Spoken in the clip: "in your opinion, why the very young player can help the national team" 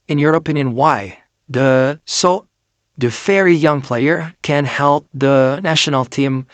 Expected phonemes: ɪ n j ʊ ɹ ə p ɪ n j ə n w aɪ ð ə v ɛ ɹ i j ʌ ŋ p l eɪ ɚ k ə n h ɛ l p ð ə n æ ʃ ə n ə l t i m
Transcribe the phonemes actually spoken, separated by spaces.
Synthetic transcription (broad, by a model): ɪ n j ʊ ɹ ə p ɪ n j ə n w aɪ ð ə f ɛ ɹ i j ʌ ŋ p l eɪ ɚ k ə n h ɛ l p ð ə n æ ʃ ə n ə l t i m